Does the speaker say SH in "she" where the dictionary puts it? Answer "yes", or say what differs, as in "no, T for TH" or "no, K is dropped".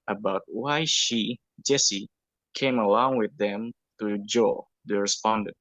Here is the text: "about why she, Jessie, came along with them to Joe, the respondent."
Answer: yes